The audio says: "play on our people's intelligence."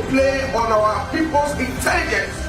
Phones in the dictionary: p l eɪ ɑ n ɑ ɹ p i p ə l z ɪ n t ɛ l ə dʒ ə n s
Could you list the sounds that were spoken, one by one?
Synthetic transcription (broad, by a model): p l eɪ ɑ n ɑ w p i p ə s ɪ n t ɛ l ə dʒ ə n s